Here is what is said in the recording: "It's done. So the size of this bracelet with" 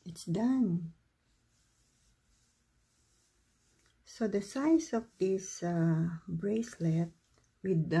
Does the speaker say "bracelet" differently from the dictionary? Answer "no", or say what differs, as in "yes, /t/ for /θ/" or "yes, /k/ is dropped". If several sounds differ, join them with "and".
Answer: no